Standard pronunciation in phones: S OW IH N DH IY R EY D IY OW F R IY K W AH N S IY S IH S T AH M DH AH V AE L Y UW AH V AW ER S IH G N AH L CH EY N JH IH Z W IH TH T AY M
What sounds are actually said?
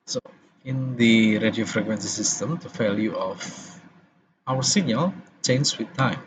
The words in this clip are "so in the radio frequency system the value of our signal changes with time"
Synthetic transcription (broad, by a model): S OW IH N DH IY R EY D IY OW F R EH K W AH N S IY S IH S T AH M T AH F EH L Y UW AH F AW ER S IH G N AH L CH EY N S W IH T AY M